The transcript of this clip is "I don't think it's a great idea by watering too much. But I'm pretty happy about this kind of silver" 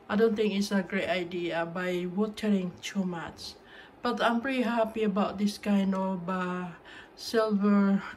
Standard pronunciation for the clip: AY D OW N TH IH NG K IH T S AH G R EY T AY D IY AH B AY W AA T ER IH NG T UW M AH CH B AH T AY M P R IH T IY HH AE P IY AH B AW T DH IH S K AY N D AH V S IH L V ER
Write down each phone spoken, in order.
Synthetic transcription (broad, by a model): AY D OW N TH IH NG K IH T S AH G R EY T AY D IY AH B AY W AA T ER IH NG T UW M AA S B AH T AY M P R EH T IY HH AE P IY AH B AW T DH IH S K AY N D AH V S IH L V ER